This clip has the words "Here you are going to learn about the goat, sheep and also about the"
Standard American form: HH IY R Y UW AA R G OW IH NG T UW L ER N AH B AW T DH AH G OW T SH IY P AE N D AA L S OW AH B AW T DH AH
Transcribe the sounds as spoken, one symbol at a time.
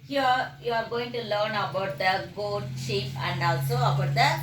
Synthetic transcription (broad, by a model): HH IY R Y UW AA R G OW IH NG T UW L ER N AH B AW T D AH G OW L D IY F AE N D AA L S OW AH B AW T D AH